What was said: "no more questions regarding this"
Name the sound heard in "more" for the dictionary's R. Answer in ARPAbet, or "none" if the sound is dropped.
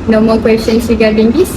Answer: L